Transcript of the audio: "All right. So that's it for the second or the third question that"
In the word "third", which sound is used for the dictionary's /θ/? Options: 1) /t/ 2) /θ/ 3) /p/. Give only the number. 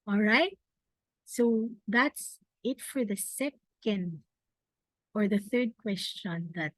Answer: 2